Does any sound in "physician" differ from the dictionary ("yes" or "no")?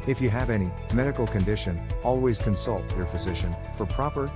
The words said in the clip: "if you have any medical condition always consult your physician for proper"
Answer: no